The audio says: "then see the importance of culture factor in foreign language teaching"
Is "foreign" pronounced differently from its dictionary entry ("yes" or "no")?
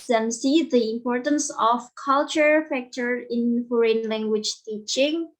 no